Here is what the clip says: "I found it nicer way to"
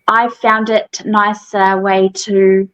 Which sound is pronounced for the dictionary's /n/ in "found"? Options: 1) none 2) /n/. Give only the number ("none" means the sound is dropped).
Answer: 2